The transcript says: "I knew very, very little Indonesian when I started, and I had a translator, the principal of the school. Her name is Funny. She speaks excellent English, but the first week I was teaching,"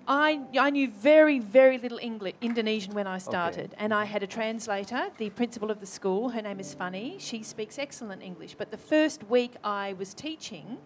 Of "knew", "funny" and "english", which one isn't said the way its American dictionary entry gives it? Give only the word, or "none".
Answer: none